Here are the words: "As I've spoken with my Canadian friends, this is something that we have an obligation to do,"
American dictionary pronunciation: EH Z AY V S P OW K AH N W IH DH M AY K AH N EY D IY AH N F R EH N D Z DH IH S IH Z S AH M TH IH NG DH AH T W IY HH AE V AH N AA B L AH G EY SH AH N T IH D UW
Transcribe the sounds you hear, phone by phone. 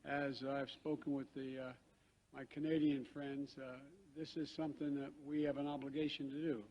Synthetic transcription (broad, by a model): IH Z AY V S P OW K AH N W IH DH M AY K AH N EY D IY AH N F R EH N D Z DH IH S IH Z S AH M TH IH NG DH AH T W IY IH V AH N AA B L AH G EY SH AH N T IH D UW